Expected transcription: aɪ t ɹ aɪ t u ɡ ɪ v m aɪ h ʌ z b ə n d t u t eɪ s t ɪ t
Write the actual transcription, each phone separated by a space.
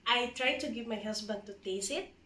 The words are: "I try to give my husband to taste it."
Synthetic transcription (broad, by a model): aɪ t ɹ aɪ t u ɡ ɪ v m aɪ h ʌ s b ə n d t u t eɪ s ɪ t